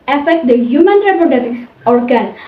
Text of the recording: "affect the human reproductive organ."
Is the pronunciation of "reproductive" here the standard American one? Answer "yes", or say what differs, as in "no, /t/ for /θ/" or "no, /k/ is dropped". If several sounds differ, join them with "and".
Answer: no, /ɹ/ is dropped and /k/ is dropped